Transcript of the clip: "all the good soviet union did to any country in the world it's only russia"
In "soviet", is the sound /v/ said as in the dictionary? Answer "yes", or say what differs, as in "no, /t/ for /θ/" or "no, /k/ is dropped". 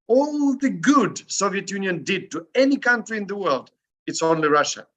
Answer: yes